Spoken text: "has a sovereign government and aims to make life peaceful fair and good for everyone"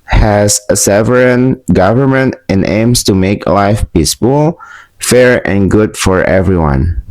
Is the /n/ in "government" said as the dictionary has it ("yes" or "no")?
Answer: yes